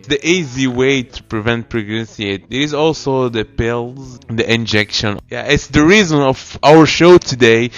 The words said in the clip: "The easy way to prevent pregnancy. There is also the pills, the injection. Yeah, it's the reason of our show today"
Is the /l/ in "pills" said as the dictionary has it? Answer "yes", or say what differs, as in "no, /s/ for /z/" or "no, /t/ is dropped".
yes